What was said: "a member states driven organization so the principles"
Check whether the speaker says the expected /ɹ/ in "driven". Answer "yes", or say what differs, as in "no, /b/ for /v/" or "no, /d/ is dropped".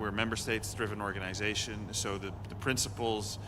yes